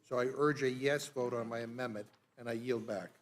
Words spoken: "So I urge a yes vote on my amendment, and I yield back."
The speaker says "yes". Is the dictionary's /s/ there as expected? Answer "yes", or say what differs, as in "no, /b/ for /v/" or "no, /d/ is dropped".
yes